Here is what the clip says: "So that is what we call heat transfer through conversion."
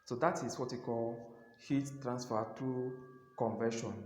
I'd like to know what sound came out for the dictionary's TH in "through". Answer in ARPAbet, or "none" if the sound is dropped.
T